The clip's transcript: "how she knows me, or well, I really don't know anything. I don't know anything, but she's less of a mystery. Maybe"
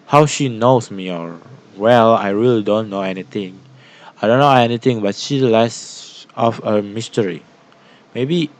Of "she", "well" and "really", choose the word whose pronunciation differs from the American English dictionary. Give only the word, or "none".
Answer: none